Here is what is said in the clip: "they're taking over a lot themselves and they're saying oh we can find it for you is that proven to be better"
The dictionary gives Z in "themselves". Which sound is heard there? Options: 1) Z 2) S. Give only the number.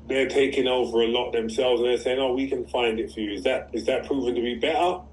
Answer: 1